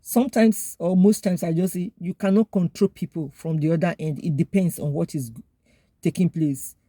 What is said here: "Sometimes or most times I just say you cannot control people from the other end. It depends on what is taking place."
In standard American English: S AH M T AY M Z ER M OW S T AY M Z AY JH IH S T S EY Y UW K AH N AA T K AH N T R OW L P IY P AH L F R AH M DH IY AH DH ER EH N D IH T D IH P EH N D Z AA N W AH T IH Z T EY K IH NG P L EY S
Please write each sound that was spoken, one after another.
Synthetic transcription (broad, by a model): S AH M T AY M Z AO M OW S T AY M S AY JH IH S S EY Y UW K AH N AA T K AH N T R OW L P IY P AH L F R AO M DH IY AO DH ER EH N D IH T D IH P EH N D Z AA N W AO T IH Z T EY K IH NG P L EY S